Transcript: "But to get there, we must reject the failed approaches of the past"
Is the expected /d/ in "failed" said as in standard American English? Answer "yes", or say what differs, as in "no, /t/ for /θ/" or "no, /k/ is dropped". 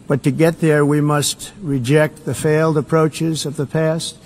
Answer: yes